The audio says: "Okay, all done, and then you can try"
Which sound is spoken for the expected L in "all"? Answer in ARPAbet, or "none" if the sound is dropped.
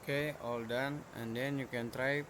L